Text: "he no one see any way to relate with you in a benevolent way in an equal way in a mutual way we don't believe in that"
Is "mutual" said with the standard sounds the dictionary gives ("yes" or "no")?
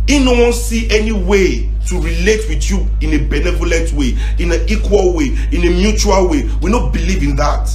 yes